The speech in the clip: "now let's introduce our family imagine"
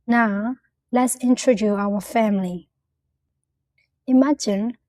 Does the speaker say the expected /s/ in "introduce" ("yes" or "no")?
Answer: no